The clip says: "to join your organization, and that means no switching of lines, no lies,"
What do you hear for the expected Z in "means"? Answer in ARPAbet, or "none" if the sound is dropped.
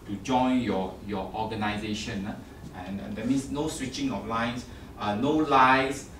S